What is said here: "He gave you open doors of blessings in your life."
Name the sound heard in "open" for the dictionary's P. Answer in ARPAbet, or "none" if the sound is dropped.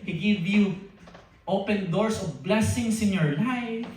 P